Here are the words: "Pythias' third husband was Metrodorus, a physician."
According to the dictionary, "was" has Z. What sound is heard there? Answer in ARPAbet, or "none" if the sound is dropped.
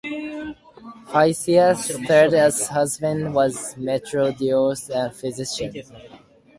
Z